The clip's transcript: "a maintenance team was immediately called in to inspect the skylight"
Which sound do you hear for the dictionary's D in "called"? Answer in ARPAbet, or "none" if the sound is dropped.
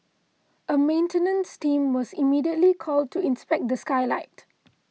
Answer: D